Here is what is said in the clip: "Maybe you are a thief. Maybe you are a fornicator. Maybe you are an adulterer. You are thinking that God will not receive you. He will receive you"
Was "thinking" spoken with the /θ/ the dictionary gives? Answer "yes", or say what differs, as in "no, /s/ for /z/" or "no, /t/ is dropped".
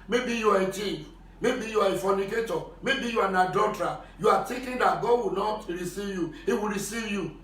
no, /t/ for /θ/